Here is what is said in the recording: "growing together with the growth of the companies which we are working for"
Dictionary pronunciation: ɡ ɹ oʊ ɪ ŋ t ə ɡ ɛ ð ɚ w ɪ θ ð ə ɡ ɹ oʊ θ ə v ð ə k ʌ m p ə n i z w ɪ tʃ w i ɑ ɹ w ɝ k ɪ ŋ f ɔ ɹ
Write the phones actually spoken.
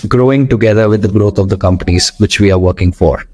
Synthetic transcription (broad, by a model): ɡ ɹ oʊ ɪ ŋ t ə ɡ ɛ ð ɚ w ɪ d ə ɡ ɹ oʊ t ə v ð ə k ʌ m p ə n i z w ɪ tʃ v i ɑ ɹ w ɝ k ɪ ŋ f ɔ ɹ